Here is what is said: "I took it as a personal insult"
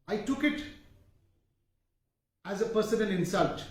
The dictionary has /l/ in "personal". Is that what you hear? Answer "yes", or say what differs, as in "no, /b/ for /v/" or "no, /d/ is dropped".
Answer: no, /n/ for /l/